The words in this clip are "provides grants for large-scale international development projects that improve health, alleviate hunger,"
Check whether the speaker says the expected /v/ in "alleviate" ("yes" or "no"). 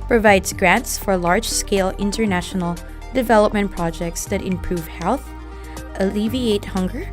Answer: yes